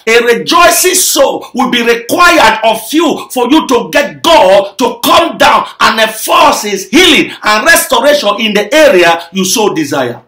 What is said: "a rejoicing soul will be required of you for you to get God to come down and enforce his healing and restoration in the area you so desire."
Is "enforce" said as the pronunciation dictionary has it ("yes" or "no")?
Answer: no